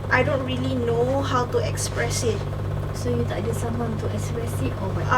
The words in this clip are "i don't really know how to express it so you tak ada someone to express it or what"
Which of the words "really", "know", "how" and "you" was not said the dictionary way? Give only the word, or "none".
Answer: none